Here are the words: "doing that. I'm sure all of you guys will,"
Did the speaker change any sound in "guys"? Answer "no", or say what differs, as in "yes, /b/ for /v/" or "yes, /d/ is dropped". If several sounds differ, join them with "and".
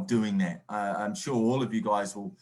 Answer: no